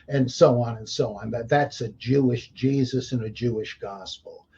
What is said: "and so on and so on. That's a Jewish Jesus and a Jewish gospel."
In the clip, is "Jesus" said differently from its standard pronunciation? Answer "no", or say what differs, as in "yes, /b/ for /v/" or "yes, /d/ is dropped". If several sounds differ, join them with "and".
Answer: no